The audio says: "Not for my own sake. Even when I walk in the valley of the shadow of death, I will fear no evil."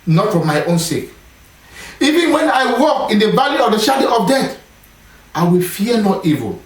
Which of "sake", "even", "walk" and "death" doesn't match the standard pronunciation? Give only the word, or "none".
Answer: death